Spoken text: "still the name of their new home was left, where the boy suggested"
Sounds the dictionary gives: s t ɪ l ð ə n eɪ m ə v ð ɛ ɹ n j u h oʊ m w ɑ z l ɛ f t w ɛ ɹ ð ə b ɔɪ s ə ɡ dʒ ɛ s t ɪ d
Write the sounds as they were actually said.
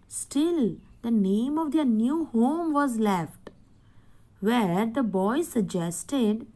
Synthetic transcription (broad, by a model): s t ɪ l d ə n eɪ m ə v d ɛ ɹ n j u h oʊ m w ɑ z l ɛ f t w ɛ ɹ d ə b ɔɪ s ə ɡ dʒ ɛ s t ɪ d